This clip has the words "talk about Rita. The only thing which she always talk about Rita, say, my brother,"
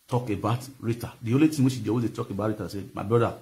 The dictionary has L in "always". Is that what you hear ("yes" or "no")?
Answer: no